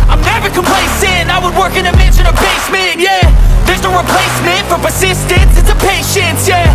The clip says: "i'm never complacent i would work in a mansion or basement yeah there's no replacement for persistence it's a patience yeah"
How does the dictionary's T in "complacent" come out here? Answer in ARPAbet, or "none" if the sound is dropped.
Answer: none